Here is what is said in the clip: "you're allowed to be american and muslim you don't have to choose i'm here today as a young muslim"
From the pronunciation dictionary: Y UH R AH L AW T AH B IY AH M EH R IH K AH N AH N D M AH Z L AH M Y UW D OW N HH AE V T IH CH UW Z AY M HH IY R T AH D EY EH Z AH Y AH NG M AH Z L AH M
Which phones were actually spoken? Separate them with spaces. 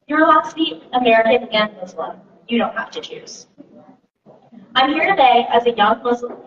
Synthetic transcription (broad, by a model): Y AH R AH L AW S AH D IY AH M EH R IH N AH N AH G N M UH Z L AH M Y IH D OW N HH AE F T IH CH UW Z AY M HH IY R T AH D EY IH Z AH Y AH NG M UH Z L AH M